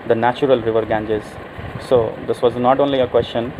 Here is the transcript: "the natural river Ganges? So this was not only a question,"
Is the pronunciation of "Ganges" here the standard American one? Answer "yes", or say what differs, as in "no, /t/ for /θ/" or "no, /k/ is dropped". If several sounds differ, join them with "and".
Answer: yes